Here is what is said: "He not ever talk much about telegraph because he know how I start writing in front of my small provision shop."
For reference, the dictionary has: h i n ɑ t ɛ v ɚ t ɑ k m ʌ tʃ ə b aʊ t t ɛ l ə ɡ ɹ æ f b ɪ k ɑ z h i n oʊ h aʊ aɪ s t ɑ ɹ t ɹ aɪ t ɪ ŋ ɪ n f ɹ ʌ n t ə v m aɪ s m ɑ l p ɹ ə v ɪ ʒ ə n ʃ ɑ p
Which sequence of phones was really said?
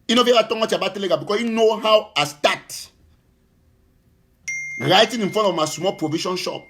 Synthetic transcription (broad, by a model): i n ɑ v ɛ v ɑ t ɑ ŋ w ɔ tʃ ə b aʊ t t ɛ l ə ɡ ɑ b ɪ k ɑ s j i n oʊ h aʊ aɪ s t ɑ t ɹ aɪ t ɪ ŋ ɪ n f ɹ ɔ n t ə v m aɪ s m ɑ l p ɹ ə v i ʃ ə n ʃ ɑ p